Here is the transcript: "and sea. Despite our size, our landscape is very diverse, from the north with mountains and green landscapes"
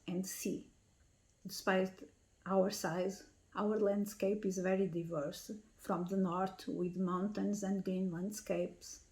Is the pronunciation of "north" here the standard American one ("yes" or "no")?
no